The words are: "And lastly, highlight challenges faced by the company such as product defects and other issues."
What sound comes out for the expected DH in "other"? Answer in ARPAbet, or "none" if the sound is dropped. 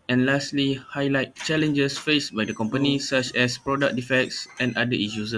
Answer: none